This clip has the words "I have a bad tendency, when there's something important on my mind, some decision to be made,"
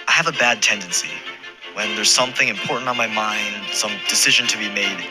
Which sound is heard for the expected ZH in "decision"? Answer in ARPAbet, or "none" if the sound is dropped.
ZH